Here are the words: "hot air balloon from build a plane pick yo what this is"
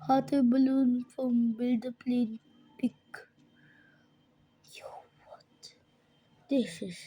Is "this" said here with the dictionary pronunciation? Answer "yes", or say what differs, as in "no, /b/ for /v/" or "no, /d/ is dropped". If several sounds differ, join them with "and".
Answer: no, /ʃ/ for /s/